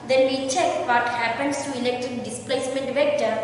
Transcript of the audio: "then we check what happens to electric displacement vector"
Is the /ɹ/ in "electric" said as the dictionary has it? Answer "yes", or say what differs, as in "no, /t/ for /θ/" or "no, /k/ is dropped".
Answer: no, /ɹ/ is dropped